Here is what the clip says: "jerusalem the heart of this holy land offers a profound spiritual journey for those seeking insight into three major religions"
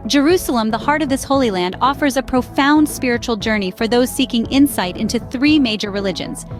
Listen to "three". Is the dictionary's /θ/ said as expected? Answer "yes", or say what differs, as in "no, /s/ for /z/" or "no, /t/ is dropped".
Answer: yes